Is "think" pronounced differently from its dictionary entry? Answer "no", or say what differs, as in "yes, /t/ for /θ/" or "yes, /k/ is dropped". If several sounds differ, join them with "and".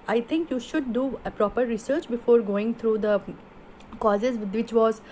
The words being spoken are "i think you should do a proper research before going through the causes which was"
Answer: yes, /t/ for /θ/